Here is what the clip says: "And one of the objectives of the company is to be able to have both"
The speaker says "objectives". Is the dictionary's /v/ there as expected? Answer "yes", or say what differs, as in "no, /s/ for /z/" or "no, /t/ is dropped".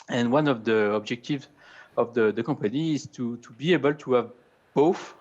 yes